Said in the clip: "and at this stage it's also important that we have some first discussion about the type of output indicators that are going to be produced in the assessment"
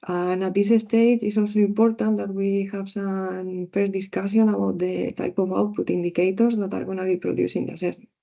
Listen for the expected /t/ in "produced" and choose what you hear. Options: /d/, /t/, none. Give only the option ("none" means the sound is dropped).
none